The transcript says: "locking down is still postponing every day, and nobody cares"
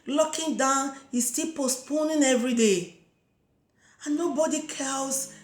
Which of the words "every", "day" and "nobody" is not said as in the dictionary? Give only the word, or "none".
none